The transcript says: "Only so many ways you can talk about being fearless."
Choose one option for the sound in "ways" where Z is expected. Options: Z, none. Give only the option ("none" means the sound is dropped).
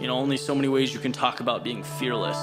Z